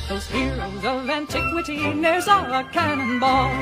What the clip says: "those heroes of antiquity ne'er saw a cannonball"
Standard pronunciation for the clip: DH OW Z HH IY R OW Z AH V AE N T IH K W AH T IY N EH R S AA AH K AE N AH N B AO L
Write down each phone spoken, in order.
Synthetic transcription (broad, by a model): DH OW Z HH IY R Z AH V AE N T IH K W AH T IY N EH R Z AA AH K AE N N B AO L